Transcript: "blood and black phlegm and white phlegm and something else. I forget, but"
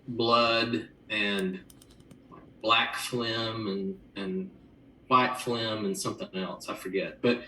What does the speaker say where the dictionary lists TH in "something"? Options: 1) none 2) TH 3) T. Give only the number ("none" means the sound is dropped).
2